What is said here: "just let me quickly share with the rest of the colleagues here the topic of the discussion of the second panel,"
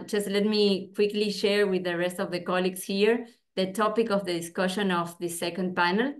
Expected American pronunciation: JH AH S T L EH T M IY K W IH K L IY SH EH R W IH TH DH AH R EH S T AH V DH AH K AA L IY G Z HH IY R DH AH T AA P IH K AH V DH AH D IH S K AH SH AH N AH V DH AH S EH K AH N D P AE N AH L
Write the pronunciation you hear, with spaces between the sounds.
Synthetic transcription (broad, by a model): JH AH S T L EH T M IY K W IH K L IY SH EH R W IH DH AH R EH S T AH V DH AH K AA L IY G S HH IY R DH AH T AA P IH K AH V DH AH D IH S K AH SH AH N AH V DH AH S EH K AH N D P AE N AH L